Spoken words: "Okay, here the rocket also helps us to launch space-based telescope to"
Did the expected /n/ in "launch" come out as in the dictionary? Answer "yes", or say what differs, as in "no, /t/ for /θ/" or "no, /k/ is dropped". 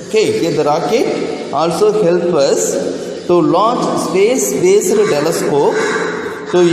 no, /n/ is dropped